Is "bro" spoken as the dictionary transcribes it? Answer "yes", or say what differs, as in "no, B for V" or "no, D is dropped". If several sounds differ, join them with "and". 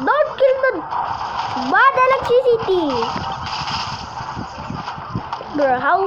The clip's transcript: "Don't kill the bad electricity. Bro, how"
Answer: no, R is dropped